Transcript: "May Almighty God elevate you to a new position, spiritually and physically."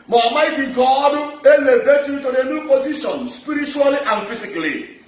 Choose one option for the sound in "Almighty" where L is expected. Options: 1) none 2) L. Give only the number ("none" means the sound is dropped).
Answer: 1